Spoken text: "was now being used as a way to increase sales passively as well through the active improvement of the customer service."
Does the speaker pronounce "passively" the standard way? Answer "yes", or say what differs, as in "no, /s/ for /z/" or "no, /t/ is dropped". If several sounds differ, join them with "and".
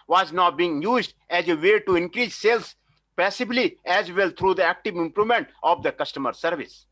no, /b/ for /v/